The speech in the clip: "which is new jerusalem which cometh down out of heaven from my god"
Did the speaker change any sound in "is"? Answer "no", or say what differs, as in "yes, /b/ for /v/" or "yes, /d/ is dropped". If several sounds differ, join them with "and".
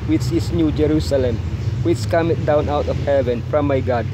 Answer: yes, /s/ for /z/